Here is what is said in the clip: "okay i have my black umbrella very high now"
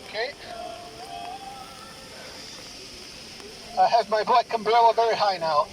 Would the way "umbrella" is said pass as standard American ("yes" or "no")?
no